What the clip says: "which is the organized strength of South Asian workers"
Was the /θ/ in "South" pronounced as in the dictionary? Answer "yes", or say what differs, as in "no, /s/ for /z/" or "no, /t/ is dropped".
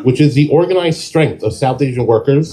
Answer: yes